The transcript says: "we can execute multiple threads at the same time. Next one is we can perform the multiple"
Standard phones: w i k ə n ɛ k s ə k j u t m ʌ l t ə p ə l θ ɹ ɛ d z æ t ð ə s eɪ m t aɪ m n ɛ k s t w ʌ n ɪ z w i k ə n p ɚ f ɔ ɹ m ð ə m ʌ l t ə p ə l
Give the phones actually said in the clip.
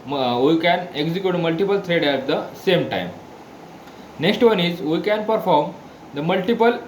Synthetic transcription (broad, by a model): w i k ə n ɛ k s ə k j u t m ʌ l t ə p ə l t ɹ ɛ d æ t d ə s eɪ m t aɪ m n ɛ k s t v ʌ n ɪ z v i k ə n p ɚ f ɔ ɹ m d ə m ʌ l t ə p ə l